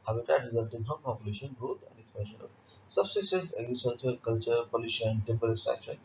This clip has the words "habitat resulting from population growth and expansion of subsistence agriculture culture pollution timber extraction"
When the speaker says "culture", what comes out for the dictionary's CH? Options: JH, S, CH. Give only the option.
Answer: CH